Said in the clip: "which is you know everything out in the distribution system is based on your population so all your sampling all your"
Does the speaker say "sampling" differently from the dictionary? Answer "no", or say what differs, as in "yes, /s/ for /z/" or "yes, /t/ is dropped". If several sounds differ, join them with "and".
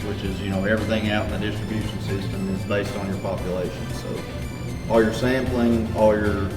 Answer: no